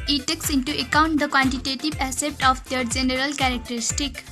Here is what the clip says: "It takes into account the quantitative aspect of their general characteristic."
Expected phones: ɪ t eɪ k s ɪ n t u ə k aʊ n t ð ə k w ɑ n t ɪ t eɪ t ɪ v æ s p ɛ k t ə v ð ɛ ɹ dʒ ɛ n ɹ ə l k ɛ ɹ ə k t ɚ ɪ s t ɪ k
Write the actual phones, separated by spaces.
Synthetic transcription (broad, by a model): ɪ t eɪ k s ɪ n t u ə k aʊ n t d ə k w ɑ n t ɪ t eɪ t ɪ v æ s ɛ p t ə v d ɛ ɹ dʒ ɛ n ɹ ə l k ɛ ɹ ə k t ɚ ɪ s t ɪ k